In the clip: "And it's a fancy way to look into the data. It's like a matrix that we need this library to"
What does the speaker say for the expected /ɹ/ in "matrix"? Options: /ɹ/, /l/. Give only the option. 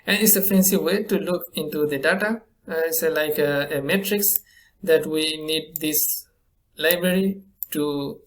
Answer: /ɹ/